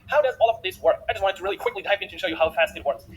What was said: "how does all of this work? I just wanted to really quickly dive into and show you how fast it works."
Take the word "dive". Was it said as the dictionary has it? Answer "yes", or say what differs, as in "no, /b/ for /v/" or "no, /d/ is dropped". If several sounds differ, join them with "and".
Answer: no, /p/ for /v/